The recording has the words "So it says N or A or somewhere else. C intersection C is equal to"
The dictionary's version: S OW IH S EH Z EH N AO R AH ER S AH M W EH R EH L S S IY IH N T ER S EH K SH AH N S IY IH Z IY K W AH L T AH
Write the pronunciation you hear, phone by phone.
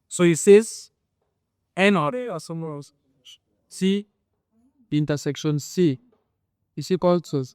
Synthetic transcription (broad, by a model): S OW IH S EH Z EH N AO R AH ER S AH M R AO S S IY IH N T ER S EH K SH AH N S IY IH S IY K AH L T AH